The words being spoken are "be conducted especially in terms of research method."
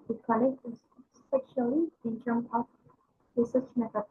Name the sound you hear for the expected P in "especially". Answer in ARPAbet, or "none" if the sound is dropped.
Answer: none